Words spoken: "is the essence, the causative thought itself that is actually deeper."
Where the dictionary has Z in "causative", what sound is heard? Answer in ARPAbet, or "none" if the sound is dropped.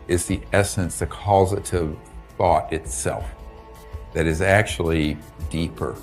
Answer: Z